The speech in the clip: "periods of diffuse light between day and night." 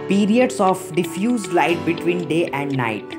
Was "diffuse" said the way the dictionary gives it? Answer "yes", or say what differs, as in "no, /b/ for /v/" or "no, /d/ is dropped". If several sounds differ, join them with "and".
yes